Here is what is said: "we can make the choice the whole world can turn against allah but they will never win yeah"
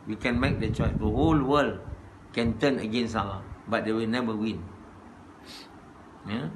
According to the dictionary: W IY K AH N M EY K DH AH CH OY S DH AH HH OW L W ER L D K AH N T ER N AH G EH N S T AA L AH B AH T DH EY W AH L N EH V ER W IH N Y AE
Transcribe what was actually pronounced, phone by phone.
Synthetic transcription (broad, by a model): W IY K AH N M EY K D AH CH OY S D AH HH OW L W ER L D K AH N T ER N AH G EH N S AA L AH B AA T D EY W AH L N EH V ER W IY N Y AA